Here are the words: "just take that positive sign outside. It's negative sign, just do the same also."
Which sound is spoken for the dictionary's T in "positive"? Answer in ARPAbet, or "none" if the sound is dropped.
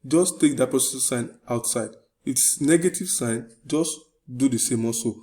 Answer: S